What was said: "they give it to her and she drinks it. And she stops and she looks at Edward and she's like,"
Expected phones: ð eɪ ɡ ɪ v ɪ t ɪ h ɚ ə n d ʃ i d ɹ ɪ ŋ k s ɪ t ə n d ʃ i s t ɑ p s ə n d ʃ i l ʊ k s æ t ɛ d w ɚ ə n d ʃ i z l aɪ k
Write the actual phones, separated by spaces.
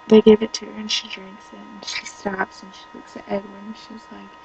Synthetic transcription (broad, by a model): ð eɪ ɡ ɪ v ɪ t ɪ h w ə n ʃ i d ɹ ɪ ŋ k s ɪ t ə n ʃ i s t ɑ p s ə n ʃ i l ʊ k s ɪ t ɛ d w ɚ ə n ʃ i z l aɪ k